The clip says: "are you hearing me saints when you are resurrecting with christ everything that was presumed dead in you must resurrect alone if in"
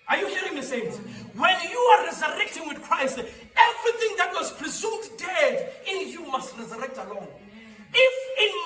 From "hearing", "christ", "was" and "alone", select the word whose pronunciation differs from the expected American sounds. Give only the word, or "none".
none